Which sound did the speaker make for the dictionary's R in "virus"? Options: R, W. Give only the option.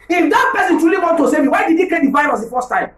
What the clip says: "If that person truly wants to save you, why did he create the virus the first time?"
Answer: W